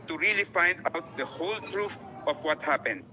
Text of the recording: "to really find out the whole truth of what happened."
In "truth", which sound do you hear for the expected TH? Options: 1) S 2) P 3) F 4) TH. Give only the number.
3